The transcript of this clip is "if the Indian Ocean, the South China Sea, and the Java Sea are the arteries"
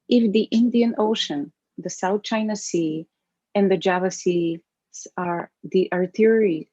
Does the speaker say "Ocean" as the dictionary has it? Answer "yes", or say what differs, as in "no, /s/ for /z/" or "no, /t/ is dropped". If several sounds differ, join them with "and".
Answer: yes